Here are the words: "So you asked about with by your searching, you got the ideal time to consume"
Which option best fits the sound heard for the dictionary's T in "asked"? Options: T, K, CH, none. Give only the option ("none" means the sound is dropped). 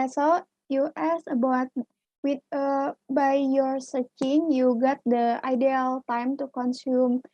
none